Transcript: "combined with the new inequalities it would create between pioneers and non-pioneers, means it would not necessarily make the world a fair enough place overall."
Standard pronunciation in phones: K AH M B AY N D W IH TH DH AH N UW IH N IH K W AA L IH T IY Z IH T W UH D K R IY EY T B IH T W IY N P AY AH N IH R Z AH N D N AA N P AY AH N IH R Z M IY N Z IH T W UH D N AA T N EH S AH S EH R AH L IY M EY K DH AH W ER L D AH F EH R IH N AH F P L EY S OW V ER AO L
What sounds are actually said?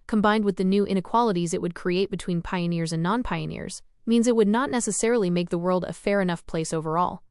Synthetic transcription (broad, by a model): K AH M B AY N D W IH DH AH N UW IH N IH K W AA L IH T IY Z IH T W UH D K R IY EY T B IH T W IY N P AY AH N IH R Z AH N N AA N P AY AH N IH R Z M IY N Z IH T W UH D N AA T N EH S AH S EH R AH L IY M EY K DH AH W ER L D AH F EH R IH N AH F P L EY S OW V ER AO L